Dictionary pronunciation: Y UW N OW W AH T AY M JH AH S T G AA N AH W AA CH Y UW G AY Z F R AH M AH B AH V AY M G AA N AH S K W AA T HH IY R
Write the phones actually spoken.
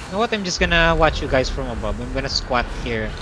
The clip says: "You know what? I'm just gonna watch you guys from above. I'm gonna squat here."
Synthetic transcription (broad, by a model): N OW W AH T AY M JH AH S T G AA N AH W AA CH Y UW G AY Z F R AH M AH B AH B AY M G AA N AH S K W AA T HH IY R